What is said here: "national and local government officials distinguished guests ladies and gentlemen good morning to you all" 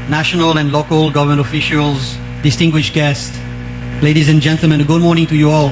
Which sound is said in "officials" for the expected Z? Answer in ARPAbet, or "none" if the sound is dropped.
Z